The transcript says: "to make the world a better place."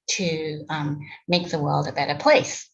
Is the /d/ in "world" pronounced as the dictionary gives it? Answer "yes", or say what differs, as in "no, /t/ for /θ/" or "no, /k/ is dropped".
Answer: yes